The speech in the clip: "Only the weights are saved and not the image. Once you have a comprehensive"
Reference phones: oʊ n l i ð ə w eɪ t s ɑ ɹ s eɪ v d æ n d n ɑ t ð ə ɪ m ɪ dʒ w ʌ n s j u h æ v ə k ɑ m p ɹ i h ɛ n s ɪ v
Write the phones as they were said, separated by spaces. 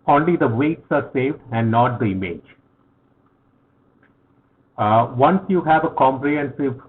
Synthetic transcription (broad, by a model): oʊ n l i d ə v eɪ t s ɑ ɹ s eɪ v d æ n d n ɑ t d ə ɪ m ɪ dʒ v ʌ n s j u h æ v ə k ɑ m p ɹ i h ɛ n s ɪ v